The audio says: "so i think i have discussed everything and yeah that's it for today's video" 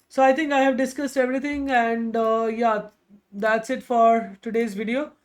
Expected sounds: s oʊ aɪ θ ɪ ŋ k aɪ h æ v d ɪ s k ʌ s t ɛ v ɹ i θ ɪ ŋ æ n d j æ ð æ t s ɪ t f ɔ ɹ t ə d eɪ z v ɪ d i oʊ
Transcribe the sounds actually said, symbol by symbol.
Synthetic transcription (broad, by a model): s oʊ aɪ t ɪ ŋ k aɪ h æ v d ɪ s k ʌ s t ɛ v ɹ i t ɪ ŋ æ n d j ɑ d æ t s ɪ t f ɔ ɹ t ə d eɪ z v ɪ d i oʊ